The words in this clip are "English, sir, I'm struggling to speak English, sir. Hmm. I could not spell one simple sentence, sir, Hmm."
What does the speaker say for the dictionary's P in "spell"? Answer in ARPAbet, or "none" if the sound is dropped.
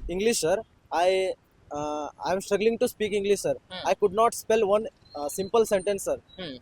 P